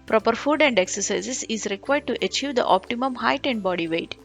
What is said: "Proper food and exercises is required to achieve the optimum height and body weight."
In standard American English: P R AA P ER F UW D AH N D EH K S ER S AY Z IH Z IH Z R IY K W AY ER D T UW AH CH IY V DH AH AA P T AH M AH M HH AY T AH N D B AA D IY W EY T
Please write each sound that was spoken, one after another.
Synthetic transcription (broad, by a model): P R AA P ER F UW D AH N D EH K S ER S AY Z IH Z IH Z R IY K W AY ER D T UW AH CH IY V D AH AA P T AH M AH M HH AY T AH N D B AA D IY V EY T